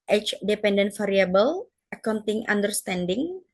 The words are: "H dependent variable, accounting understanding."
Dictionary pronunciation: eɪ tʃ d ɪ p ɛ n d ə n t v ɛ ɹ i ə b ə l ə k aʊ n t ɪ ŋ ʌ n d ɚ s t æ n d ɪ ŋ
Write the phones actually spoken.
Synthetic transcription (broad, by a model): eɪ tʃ d ɪ p ɛ n d ə n t f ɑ ɹ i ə b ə l ə k aʊ n t ɪ ŋ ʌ n d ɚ s t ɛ n d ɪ ŋ